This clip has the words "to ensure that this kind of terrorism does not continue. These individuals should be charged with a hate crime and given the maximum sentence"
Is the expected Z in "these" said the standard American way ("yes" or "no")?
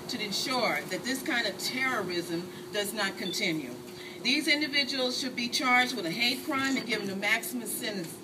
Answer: yes